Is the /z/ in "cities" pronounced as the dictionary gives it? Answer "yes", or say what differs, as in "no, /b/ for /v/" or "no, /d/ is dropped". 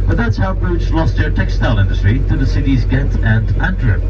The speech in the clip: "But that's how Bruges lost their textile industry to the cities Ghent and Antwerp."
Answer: yes